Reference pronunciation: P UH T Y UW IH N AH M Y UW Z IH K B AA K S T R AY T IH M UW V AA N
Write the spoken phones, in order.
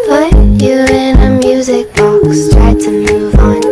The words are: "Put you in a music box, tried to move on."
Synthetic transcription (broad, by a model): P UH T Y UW IH N AH M Y UW Z IH K B AA K S T R AY T IH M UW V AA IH